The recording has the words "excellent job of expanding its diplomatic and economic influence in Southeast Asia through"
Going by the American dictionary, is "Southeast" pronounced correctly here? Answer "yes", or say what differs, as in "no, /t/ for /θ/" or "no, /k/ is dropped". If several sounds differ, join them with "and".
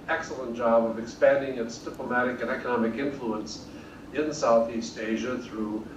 yes